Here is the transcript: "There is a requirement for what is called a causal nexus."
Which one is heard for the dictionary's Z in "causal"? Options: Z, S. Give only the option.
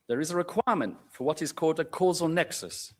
Z